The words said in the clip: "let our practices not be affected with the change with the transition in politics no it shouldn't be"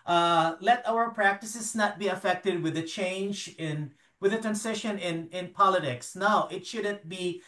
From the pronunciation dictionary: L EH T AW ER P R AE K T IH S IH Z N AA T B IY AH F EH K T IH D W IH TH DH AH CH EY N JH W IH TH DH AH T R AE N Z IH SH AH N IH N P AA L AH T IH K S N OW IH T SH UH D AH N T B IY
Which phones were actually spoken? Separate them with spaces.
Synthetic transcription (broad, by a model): L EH T AW ER P R AE K T IH S IH Z N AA T B IY AH F EH K T IH D W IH DH AH CH EY N JH W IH DH AH T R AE N S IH SH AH N IH N P AA L AH T IH K S N OW IH T SH UH D AH N T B IY